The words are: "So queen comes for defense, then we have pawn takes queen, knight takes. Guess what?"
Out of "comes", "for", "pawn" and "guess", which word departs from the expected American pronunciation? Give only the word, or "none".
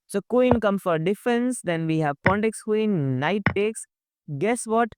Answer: comes